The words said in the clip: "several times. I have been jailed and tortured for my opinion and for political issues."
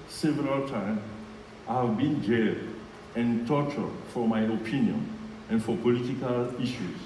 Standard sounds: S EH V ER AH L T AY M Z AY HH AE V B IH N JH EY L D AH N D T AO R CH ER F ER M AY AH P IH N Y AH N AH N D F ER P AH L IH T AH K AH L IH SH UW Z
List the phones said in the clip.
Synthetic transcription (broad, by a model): S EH V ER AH L T AY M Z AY HH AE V B IH N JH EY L AH N T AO CH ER F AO M AY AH P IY N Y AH N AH N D F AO P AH L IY T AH K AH L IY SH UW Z